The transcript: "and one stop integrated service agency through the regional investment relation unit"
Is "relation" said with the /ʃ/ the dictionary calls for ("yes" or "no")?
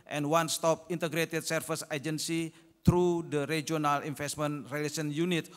no